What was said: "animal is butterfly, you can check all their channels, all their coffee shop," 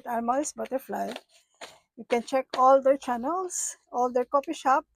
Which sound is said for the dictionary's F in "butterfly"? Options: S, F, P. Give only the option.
F